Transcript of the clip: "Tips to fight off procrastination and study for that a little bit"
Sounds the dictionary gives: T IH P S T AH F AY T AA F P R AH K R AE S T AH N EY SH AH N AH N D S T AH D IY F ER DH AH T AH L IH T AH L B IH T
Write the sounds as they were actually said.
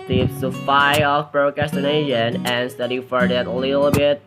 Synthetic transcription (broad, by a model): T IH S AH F AY AA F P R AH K AE S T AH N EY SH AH N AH N S T AH D IY F ER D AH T AH L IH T L B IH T